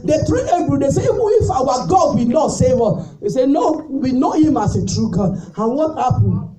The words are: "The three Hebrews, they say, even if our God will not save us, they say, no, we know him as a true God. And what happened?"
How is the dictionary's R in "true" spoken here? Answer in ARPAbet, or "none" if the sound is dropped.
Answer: R